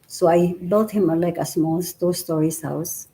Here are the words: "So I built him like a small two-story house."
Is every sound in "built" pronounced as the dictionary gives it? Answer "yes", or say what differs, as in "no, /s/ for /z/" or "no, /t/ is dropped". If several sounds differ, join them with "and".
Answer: no, /l/ is dropped